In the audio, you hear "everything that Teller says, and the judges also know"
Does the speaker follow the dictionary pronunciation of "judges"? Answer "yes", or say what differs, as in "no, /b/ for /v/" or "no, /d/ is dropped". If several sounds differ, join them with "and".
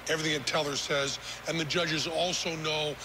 yes